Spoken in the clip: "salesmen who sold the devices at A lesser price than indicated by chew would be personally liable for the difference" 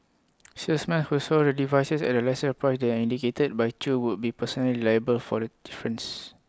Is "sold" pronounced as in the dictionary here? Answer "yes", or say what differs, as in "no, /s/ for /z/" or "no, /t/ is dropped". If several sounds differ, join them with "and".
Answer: no, /l/ is dropped